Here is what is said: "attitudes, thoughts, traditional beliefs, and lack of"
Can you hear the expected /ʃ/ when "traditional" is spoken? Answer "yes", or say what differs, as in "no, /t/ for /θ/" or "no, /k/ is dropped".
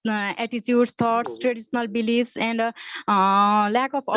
no, /s/ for /ʃ/